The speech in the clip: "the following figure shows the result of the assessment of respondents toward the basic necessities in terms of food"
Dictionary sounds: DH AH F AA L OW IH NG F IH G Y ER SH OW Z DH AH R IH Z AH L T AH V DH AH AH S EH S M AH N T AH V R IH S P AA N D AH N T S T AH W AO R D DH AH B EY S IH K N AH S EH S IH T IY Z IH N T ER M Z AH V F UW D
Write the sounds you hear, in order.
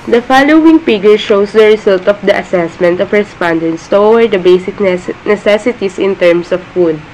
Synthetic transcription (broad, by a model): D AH F AA L OW IH NG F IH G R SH OW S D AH R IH S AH L T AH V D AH AH S EH S M AH N T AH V R IH S P AA N D AH N T S T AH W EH R D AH B EY S IH K N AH S EH S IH T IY S IH N T ER M S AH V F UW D